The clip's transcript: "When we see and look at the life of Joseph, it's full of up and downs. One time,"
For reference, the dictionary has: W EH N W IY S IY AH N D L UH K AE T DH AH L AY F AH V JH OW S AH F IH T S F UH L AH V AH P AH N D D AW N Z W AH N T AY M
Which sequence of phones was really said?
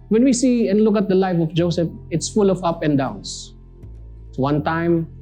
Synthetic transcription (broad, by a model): W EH N W IY S IY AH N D L UH K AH T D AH L AY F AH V JH OW S AH F IH T S F UH L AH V AH P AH N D D AW N S W AH N T AY M